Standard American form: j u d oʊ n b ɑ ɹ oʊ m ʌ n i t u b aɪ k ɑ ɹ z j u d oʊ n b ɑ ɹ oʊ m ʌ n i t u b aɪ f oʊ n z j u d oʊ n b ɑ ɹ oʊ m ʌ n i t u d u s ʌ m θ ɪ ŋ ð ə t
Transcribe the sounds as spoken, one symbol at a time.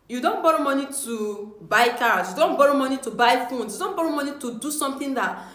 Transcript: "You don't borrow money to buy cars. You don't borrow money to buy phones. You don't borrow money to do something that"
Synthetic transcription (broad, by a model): j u d oʊ n b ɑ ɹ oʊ m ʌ n i t u b aɪ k ɑ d j u d oʊ n b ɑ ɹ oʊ m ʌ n i t u b aɪ f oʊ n s j u d oʊ n b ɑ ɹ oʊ m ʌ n i t u d u s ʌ m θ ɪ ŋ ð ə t